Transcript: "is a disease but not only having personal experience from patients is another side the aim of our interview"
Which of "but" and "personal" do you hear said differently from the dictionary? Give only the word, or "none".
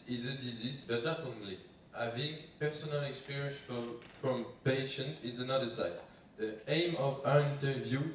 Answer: none